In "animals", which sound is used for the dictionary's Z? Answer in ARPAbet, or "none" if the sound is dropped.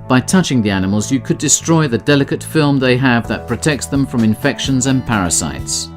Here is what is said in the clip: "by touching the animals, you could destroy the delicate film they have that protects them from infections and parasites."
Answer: Z